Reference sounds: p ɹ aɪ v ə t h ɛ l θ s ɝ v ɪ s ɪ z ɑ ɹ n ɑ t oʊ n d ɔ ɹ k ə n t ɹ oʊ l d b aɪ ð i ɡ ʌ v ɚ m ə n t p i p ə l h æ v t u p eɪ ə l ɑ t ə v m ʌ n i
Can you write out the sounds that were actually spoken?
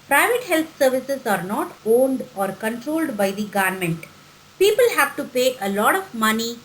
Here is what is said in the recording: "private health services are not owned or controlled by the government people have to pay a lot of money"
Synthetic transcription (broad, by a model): p ɹ aɪ v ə t h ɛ l t s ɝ v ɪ s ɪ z ɑ ɹ n ɑ t oʊ n d ɔ ɹ k ə n t ɹ oʊ l d b aɪ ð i ɡ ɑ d m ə n t p i p ə l h æ v t u p eɪ ə l ɑ t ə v m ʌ n i